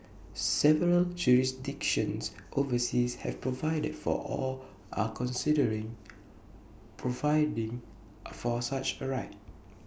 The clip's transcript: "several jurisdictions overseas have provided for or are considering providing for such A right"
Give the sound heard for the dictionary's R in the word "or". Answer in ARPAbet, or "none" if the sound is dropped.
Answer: L